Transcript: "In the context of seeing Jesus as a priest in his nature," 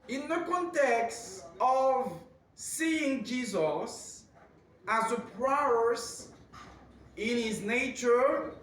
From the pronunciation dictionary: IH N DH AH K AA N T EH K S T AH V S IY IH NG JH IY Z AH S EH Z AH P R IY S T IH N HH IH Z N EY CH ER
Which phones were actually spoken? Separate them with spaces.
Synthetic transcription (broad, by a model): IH N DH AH K AA N T EH K S T AH V S IY IH NG JH IY Z AH S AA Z AH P R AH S IH N HH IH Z N EY CH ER